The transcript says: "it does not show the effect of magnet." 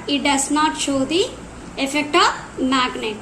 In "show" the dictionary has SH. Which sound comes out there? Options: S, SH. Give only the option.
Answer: SH